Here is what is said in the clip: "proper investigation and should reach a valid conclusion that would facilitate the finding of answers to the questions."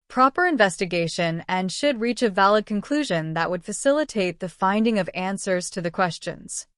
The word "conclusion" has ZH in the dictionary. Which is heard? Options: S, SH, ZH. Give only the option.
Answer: ZH